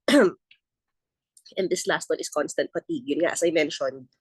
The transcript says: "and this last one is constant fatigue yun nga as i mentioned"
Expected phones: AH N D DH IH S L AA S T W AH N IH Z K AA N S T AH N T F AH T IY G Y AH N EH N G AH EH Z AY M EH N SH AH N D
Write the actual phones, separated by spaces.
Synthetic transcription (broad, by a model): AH N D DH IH S L AA S T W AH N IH S K AA N S T AH N T P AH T IY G Y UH N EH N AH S AY M EH N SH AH N D